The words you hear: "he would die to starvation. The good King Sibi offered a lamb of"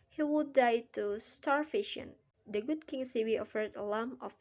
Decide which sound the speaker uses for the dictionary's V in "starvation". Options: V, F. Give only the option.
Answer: F